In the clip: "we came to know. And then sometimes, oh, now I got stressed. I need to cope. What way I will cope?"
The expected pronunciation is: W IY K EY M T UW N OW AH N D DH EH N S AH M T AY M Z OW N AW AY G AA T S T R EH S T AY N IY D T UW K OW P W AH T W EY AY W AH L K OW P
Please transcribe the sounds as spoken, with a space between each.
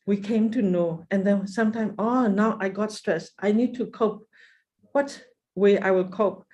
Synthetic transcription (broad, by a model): W IY K EY M T UW N OW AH N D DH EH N S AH M T AY M OW N AW AY G AA T S T R EH S T AY N IY D T UW K OW P W AH T W EY AY W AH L K OW P